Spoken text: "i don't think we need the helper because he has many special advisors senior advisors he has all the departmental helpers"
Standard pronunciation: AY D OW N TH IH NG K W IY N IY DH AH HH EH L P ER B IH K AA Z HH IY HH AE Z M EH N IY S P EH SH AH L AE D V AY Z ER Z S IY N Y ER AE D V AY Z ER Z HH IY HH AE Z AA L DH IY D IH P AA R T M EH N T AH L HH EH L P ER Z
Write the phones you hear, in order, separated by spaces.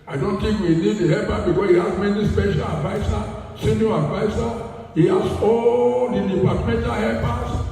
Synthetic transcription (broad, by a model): AY D OW N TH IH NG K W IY N IY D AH HH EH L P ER B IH K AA S HH IY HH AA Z M EH N IY S P EH SH AH L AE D V AY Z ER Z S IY N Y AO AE D V AY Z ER HH IY HH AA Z AA L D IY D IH P AA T M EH N T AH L HH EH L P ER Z